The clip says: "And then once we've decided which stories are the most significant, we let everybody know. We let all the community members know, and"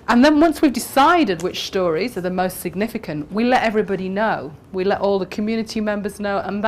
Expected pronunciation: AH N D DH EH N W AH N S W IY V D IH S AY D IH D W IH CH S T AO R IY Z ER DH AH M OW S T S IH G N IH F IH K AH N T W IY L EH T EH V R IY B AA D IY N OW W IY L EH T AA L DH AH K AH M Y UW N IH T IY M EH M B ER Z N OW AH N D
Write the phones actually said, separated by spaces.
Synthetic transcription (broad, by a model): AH N DH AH N W AH N S W IY V D IH S AY D IH D W IH CH S T AO R IY Z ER DH AH M OW S T S IH G N IH F IH K AH N T W IY L EH T EH V R IY B AA D IY N OW W IY L EH T AA L DH AH K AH M Y UW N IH T IY M EH M B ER Z N OW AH N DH